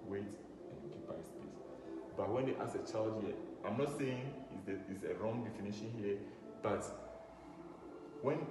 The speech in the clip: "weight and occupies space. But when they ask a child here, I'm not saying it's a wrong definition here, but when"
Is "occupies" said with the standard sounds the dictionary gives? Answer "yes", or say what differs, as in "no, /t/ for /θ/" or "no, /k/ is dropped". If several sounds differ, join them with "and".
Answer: no, /b/ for /p/